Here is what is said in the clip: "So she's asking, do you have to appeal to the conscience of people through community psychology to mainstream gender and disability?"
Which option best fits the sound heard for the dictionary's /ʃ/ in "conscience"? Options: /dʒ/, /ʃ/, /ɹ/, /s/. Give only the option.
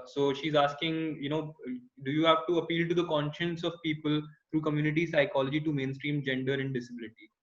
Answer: /ʃ/